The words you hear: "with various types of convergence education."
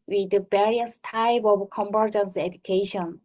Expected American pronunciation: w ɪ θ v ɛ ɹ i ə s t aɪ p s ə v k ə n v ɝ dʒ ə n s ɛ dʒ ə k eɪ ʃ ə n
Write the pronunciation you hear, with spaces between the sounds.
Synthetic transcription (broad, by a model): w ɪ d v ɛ ɹ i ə s t aɪ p ə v k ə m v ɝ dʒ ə n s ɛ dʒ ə k eɪ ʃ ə n